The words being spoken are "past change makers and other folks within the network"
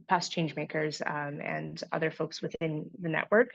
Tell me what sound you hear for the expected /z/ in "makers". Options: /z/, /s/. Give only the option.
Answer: /z/